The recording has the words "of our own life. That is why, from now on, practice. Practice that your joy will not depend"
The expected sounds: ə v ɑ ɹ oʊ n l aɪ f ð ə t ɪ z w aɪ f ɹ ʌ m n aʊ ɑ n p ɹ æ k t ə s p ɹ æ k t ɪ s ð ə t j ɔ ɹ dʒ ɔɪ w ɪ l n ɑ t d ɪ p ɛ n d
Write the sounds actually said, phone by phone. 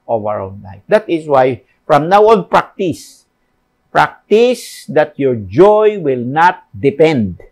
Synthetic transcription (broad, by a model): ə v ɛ ɹ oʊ l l aɪ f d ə t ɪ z w aɪ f ɹ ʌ m n aʊ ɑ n p ɹ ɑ k t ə s p ɹ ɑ k t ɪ s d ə t j ɔ ɹ dʒ ɔɪ w ɪ l n ɑ t d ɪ p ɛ n d